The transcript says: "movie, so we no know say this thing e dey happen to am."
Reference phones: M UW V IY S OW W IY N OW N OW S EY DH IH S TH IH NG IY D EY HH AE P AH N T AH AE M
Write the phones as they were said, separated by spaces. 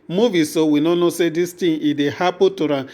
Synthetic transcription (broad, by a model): M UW V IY S OW W IY N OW N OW S EY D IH S T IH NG IY D EY HH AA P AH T T AH